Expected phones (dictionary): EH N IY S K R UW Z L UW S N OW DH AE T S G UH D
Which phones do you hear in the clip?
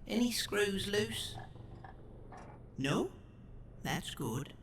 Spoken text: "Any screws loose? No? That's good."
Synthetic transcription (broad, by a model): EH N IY S K R UW Z L UW S N OW DH AE T S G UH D